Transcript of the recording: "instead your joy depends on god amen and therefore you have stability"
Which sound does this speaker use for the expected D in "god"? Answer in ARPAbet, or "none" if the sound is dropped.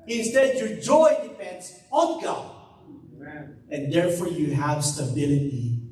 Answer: none